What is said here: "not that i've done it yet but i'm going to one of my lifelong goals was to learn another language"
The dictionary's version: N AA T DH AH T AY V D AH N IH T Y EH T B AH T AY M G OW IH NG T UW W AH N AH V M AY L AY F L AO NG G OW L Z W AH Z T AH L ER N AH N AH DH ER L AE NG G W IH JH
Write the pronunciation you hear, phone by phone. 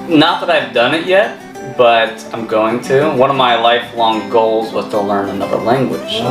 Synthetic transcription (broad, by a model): N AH T DH AH T AY V D AH N IH T Y EH T B AH T AY M G OW IH NG T UW W AH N AH V M AY L AY F L AO NG G OW L Z W AH Z T AH L ER N AH N AH DH ER L AE NG G W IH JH